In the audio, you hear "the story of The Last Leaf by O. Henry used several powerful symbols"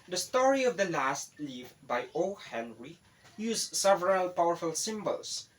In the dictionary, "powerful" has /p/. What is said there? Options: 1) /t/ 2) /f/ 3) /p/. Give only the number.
3